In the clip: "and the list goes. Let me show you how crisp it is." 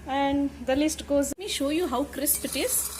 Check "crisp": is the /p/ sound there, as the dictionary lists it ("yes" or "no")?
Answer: yes